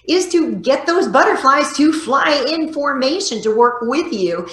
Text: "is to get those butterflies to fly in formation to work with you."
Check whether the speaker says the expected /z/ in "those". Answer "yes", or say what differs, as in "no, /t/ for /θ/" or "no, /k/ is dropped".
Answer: yes